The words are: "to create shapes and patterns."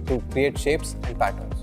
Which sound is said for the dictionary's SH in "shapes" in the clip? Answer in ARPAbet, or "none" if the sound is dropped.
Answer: SH